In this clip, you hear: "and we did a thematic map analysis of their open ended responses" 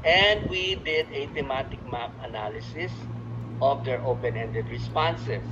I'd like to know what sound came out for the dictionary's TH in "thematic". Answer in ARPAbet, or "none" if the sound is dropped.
T